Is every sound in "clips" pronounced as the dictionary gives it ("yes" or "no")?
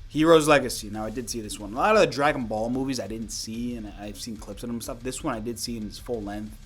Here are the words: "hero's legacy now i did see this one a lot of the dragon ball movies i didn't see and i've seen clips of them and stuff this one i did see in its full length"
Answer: yes